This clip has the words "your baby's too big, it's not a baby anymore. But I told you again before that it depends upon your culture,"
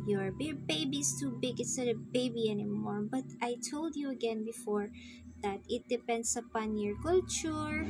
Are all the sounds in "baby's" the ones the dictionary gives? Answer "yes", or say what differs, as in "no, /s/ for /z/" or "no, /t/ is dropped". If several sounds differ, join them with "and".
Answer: no, /s/ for /z/